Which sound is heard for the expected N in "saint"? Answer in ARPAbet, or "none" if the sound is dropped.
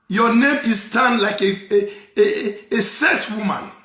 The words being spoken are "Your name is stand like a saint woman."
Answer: none